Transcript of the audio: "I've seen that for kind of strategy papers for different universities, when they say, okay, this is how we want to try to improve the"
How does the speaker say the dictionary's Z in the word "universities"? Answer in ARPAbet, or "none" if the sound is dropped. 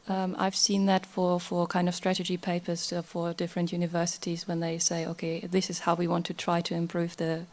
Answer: Z